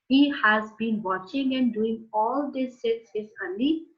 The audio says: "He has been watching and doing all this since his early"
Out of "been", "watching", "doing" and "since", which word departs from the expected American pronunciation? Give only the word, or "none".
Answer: since